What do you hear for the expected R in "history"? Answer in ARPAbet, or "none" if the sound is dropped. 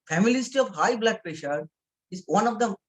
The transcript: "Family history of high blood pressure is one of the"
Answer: none